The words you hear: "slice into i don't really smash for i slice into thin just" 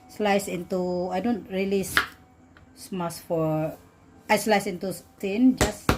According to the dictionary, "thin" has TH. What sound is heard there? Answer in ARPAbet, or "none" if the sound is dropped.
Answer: T